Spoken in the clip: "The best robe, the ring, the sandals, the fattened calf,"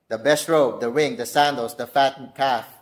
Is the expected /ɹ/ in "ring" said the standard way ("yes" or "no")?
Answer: no